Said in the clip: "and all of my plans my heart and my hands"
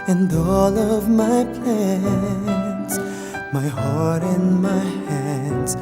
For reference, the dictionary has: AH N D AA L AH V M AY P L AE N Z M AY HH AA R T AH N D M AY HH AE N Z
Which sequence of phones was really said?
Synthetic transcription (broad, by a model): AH N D AA L AH V M AY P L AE N S M AY HH AA R T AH N M AY HH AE N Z